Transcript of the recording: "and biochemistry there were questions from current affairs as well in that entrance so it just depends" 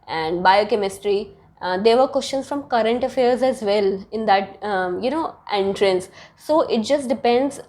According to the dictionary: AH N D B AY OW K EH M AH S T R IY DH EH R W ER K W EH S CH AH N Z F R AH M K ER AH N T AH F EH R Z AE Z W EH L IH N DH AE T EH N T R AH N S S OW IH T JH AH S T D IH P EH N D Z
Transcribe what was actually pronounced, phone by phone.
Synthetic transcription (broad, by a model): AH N D B AY OW K EH M AH S T R IY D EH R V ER K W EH S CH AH N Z F R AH M K ER AH N T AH F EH R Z AE Z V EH L IH N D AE T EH N T R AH N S S OW IH T JH AH S T D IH P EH N D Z